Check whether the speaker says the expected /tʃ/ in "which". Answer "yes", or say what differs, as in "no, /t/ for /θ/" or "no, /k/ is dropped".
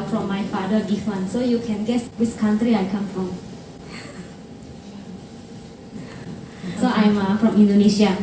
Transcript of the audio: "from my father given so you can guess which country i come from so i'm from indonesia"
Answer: no, /s/ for /tʃ/